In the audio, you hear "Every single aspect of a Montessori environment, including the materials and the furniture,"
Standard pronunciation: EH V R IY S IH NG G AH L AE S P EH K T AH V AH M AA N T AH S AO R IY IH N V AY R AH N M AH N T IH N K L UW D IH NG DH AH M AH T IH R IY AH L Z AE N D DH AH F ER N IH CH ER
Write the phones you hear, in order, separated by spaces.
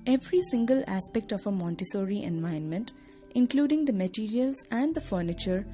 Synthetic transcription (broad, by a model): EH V R IY S IH NG G AH L AE S P EH K T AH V AH M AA N T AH S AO R IY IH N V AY AH N M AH N T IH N K L UW D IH NG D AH M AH T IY R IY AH L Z AE N D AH F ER N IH CH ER